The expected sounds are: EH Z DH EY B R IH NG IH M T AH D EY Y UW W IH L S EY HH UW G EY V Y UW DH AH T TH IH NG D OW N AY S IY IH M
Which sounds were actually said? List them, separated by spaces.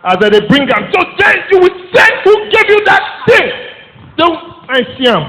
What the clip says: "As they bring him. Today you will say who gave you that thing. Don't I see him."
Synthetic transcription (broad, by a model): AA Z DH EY B R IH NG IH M S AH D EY Y UW W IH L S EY HH UW G EY V Y UW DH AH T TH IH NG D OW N AY S IY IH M